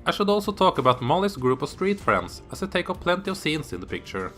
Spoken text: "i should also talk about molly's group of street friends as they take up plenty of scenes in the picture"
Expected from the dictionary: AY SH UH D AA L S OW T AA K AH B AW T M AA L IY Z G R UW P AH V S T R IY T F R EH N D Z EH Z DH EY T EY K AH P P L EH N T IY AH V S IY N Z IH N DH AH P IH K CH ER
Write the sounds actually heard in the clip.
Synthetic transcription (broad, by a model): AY SH UH D AA L S OW T AA K AH B AW T M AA L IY S G R UW P AH V S T R IY T F R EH N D S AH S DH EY T EY K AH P P L EH N T IY AH V S IY N S IH N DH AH P IH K CH ER